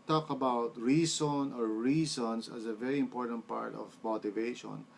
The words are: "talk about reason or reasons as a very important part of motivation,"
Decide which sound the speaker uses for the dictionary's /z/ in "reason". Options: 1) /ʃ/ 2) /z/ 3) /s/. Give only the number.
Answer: 3